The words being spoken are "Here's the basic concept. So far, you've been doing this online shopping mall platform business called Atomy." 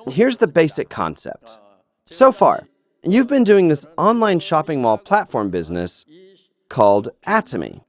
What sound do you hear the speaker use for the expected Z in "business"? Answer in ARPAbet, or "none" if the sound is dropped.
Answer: Z